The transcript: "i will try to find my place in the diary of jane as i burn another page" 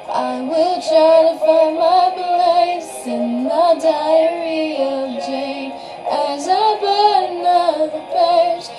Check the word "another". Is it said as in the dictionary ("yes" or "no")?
no